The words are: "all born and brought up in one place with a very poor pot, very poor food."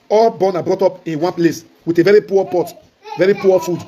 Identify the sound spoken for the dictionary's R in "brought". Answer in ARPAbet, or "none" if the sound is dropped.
R